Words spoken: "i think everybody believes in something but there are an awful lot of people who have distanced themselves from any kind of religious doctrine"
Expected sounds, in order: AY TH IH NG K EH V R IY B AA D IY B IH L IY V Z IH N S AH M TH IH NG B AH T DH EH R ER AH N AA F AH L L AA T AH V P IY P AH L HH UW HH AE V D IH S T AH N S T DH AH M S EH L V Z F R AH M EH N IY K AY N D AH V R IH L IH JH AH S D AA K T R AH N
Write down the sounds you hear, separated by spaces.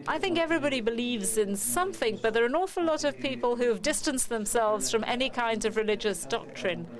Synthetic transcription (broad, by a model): AY TH IH NG K EH V R IY B AA D IY B IH L IY V Z IH N S AH M TH IH NG B AH T DH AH R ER AH N AA F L L AA T AH V P IY P AH L HH UW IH V D IH S T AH N S DH AH M S EH L V Z F R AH M EH N IY K AY N D AH V R IH L IH JH AH S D AA K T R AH N